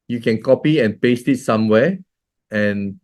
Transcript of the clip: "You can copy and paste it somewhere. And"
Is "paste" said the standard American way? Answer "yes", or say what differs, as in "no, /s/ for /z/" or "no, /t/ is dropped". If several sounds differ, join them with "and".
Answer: yes